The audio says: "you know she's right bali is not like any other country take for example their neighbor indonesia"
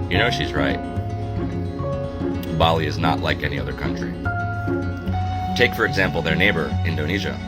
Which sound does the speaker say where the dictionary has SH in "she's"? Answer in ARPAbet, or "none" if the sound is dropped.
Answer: SH